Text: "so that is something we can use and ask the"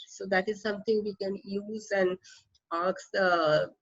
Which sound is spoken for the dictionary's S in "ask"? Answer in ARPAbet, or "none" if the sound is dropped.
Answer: none